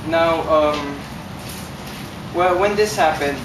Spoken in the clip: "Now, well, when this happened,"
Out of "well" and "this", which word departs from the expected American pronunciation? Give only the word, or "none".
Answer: none